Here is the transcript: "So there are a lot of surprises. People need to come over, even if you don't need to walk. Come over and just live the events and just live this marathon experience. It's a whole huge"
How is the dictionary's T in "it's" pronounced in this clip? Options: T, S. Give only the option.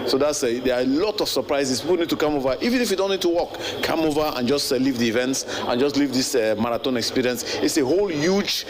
T